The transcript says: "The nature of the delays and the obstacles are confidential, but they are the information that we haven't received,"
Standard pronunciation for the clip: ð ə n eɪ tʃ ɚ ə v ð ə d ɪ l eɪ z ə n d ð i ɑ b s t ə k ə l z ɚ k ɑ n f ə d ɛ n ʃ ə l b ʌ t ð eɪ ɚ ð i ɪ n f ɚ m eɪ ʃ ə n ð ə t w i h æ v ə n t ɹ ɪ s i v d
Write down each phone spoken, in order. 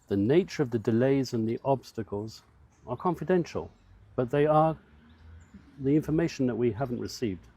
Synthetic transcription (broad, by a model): ð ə n eɪ tʃ ɚ ə v ð ə d ɪ l eɪ z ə n ð i ɑ b s t ə k ə l z ɚ k ɑ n f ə d ɛ n ʃ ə l b ʌ t ð eɪ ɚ ð i ɪ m f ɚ m eɪ ʃ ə n ð ə t w i h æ v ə n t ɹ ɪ s i v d